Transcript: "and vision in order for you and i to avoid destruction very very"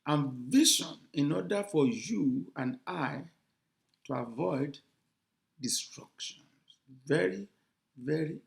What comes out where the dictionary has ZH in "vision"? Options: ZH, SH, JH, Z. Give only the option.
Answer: SH